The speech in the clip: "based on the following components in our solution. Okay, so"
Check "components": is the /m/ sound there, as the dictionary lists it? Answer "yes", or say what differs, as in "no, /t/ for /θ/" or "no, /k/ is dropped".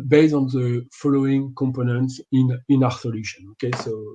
yes